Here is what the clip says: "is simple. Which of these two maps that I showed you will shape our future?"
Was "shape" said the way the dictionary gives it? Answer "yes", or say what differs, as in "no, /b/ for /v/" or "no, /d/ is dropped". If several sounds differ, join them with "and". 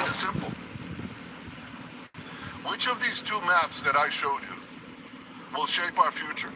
yes